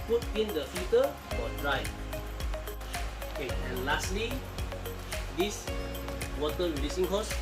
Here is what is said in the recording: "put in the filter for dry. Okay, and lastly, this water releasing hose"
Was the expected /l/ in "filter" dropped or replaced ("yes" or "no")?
yes